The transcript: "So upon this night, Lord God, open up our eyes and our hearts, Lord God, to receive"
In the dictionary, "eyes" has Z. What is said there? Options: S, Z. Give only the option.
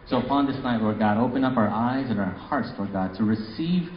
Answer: Z